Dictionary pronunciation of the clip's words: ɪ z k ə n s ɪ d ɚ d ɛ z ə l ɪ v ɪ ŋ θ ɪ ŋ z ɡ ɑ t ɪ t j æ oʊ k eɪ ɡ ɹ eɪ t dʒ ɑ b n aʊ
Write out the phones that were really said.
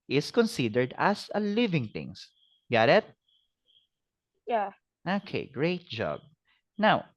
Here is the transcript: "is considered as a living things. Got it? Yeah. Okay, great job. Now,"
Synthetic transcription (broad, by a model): ɪ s k ə n s ɪ d ɚ d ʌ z ə l ɪ v ɪ ŋ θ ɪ ŋ s ɡ ɑ t ɪ t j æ oʊ k eɪ ɡ ɹ eɪ t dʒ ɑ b n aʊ